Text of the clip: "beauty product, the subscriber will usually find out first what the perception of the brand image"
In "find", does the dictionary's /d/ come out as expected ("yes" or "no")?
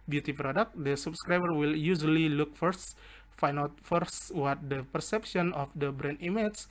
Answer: no